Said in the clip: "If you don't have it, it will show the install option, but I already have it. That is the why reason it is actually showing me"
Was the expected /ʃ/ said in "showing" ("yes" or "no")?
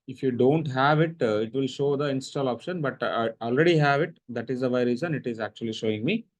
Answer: yes